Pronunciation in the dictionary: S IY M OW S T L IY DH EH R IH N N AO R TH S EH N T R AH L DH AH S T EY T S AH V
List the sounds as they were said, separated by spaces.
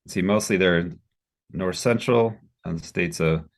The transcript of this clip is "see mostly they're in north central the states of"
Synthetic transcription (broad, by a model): S IY M OW S T L IY DH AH R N N AO R TH S EH N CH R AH N DH AH S T EY T S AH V